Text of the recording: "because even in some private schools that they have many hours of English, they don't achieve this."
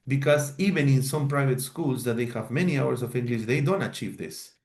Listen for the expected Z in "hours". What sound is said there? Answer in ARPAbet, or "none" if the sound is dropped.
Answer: S